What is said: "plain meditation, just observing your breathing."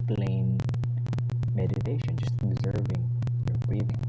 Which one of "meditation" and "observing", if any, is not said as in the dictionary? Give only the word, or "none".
observing